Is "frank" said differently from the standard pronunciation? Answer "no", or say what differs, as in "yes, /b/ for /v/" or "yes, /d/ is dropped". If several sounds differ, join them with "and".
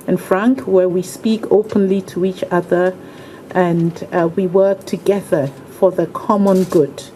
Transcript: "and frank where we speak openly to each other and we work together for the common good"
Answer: no